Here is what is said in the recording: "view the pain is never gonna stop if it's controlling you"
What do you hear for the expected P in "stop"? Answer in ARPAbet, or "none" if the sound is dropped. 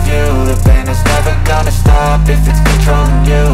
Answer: P